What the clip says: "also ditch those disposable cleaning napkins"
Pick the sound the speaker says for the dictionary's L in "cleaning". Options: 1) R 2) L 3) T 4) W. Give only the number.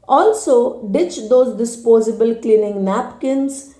2